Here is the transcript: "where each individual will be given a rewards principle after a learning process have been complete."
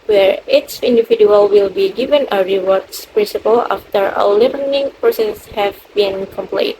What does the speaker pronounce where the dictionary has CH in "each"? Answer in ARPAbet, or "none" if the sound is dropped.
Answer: S